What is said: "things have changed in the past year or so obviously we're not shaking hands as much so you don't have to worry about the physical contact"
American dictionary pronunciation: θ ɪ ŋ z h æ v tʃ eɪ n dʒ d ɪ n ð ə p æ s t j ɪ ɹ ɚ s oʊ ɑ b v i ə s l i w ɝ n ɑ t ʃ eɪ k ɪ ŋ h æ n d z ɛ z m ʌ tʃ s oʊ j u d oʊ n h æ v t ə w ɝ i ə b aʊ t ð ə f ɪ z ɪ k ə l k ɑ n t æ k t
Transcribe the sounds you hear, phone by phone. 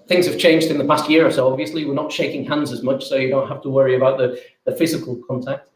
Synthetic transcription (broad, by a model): θ ɪ ŋ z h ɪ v tʃ eɪ n dʒ d ɪ n ð ə p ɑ s t j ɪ ɹ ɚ s oʊ ɑ b v i ə s l i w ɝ n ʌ t ʃ eɪ k ɪ ŋ h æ n d z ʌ z m ʌ tʃ s oʊ j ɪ d oʊ n h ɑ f t ə w ɝ i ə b aʊ t ð ə f ɪ z ɪ k ə l k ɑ n t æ k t